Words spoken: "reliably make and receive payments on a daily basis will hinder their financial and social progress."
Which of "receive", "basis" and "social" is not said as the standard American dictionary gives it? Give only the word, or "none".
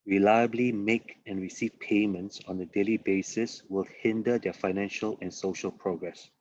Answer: none